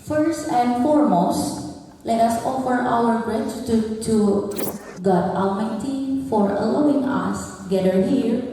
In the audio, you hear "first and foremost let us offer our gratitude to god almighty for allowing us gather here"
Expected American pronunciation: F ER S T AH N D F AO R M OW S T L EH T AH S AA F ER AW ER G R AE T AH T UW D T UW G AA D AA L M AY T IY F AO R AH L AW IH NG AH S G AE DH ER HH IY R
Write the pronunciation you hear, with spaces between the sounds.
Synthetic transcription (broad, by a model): F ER S T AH N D F AO R M OW S T L EH T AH S AA F ER AW ER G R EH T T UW T UW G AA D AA M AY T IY F AO R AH L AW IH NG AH S G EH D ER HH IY R